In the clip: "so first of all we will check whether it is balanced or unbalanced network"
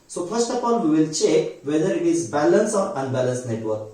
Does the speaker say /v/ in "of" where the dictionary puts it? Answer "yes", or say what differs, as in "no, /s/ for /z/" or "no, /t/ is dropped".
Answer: no, /p/ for /v/